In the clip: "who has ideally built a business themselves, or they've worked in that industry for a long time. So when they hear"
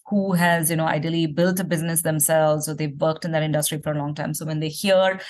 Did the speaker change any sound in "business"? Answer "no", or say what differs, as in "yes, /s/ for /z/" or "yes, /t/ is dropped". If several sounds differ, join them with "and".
no